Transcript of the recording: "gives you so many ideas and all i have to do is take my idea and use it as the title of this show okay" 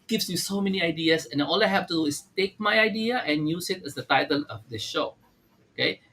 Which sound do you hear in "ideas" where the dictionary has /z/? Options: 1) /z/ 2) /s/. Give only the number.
2